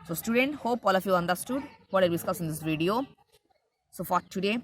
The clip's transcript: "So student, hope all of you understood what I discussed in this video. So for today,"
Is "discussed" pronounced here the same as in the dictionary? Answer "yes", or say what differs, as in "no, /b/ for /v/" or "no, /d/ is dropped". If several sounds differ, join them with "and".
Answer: no, /t/ is dropped